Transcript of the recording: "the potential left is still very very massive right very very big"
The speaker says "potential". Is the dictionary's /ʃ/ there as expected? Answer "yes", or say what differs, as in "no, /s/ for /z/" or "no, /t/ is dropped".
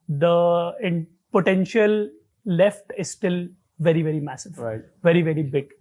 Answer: yes